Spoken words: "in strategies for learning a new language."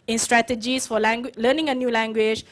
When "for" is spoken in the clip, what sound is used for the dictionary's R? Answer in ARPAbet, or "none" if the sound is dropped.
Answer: W